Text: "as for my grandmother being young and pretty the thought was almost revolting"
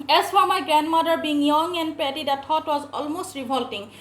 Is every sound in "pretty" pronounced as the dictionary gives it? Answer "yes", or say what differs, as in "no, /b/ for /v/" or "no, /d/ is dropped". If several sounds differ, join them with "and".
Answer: no, /ɹ/ is dropped